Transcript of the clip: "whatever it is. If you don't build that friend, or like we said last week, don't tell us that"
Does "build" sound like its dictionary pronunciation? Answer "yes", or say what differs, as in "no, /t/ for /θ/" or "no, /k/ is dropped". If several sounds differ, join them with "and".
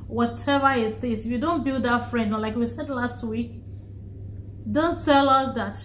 yes